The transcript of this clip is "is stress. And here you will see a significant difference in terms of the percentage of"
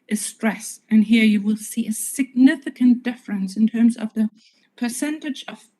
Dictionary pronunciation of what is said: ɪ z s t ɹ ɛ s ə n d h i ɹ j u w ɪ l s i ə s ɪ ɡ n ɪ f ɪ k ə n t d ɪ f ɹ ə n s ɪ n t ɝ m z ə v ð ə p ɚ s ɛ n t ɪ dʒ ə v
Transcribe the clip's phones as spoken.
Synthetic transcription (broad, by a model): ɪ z s t ɹ ɛ s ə n h i ɹ j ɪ w ɪ l s i ə s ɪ ɡ n ɪ f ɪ k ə n d ɪ f ɹ ə n s ɪ n t ɝ m z ə v ð ə p ɚ s ɛ n t ɪ dʒ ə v